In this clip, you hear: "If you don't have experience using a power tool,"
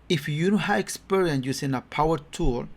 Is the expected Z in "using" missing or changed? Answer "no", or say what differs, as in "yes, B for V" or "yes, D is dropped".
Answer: yes, S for Z